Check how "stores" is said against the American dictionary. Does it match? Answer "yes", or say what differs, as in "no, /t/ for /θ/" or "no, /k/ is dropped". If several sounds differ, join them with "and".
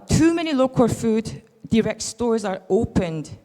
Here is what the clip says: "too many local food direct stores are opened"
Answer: yes